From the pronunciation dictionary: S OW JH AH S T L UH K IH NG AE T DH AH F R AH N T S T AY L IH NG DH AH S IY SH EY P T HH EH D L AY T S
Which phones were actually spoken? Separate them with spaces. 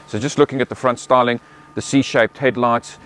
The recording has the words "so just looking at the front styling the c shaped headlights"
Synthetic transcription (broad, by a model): S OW JH AH S T L UH K IH NG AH T DH AH F R AH N T S T AY L IH NG DH AH S IY SH EY P T HH EH D L AY T S